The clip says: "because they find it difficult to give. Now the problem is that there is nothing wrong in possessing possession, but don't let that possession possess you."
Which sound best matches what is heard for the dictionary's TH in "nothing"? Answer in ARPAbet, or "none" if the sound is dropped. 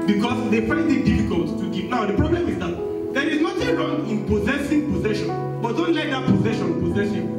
T